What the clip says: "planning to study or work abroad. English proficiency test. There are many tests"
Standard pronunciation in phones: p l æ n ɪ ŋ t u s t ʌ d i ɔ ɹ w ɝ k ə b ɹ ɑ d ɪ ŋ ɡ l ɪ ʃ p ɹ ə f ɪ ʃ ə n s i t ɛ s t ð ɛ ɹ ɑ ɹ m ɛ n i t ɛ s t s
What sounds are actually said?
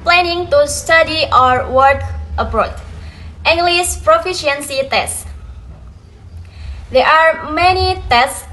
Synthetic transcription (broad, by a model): p l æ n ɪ ŋ t u s t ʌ d i ɔ ɹ w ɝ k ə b ɹ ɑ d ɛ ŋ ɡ l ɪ s p ɹ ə f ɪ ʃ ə n s i t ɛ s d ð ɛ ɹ ɑ ɹ m ɛ n i t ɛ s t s